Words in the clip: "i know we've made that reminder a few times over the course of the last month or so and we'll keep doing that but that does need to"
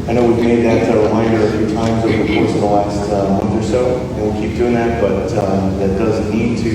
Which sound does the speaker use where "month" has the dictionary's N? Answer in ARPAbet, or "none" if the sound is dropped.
N